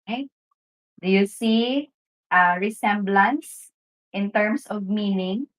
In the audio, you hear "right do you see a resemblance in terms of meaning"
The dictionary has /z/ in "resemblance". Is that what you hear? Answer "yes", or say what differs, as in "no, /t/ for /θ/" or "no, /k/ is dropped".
no, /s/ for /z/